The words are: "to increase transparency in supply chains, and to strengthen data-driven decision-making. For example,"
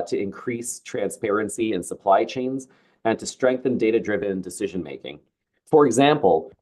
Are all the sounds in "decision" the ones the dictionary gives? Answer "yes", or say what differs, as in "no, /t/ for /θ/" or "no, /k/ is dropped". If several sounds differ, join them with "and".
yes